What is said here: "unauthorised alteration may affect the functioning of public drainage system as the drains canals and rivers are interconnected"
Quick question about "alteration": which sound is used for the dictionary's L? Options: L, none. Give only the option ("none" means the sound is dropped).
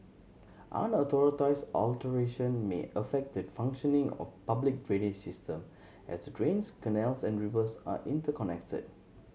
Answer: L